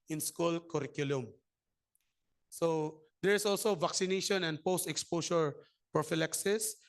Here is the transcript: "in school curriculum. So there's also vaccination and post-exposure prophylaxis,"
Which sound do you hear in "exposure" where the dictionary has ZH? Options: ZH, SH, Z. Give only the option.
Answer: SH